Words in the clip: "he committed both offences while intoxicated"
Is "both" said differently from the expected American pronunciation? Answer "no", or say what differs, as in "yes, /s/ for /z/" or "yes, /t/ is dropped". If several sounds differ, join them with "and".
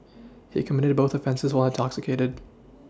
no